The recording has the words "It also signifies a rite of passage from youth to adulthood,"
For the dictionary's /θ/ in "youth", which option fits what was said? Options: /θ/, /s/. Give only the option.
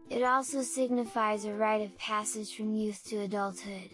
/θ/